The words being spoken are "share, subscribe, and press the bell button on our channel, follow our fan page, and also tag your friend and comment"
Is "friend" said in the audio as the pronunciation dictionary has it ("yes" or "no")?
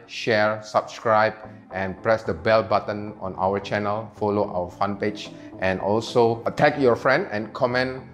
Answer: yes